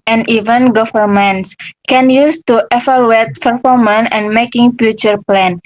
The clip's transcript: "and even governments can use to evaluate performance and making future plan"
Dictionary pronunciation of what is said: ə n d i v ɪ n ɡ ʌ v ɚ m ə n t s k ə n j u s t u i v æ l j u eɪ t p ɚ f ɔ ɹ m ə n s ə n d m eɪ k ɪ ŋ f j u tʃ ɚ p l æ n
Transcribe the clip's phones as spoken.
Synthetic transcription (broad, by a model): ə n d i v ɪ n ɡ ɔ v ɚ m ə n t s k ə n j u s t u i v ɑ l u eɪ t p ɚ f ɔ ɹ m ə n ə n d m eɪ k ɪ ŋ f j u tʃ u p l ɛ n